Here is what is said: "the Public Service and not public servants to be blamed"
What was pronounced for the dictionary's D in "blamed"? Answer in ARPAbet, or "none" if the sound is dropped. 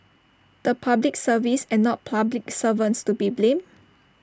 none